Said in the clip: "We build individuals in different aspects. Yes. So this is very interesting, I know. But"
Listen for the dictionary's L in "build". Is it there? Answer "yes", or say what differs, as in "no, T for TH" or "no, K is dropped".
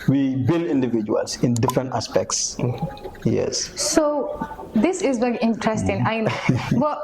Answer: yes